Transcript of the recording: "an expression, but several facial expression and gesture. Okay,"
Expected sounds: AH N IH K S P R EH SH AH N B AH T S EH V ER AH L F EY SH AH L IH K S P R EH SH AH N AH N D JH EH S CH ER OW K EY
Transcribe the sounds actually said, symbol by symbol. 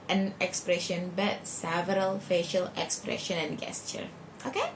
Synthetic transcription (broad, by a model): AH N IH K S P R EH SH AH N B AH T S EH V ER AH L F EY SH AH L IH K S P R EH SH AH N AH N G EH S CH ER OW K EY